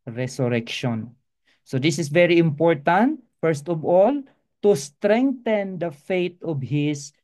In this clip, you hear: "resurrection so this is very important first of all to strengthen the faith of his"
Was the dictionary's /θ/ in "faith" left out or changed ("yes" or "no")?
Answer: yes